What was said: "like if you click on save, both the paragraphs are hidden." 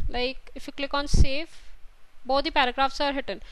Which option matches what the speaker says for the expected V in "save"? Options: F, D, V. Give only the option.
F